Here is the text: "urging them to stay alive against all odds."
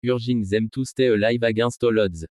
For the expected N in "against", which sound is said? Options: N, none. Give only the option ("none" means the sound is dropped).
none